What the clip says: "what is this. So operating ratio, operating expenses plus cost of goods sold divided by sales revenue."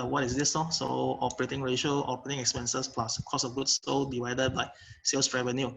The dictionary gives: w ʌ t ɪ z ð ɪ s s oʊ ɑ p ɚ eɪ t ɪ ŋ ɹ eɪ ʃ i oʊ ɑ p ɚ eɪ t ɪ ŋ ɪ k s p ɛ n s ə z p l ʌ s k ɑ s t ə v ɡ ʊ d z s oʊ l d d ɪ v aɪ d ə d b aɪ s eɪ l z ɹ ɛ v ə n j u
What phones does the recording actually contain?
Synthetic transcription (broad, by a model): w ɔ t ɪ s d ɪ s s oʊ ɑ p ɚ eɪ t ɪ ŋ ɹ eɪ ʃ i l ɑ p ɚ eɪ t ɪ ŋ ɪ k s p ɛ n s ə s p l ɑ s k ɑ s ə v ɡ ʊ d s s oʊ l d d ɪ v aɪ d ə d b aɪ s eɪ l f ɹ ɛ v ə n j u